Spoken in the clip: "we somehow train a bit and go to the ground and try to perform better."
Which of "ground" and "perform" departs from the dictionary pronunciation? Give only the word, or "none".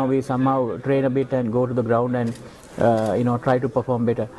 none